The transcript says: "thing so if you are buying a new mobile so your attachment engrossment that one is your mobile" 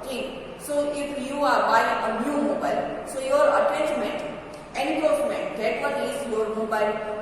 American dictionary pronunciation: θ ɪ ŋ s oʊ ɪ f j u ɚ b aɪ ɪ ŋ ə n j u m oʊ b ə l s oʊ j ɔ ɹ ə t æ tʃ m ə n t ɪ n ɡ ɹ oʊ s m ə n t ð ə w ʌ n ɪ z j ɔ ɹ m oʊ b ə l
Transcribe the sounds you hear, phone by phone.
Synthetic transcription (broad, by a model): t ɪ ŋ s oʊ ɪ f j u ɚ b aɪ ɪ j ə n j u m oʊ b ə l s oʊ j ɔ ɹ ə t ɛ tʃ m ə n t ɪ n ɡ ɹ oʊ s m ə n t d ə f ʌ l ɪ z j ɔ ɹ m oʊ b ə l